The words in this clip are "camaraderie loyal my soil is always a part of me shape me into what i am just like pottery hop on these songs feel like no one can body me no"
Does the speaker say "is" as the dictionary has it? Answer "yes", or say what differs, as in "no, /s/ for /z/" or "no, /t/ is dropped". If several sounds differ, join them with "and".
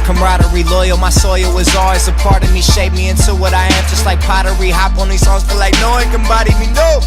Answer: yes